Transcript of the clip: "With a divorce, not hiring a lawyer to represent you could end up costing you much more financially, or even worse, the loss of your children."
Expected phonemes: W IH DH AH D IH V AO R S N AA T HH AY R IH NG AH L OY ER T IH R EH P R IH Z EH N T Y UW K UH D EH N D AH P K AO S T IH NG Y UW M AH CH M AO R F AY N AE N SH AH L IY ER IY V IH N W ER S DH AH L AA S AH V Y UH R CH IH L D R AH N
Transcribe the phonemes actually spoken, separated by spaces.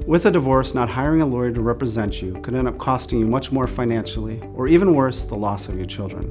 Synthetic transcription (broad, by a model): W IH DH AH D IH V AO R S N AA T HH AY R IH NG AH L OY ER T IH R EH P R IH Z EH N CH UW K UH D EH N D AH P K AO S T IH NG Y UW M AH CH M AO R F AY N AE N SH L IY ER IY V IH N W ER S DH AH L AA S AH V Y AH R CH IH L D R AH N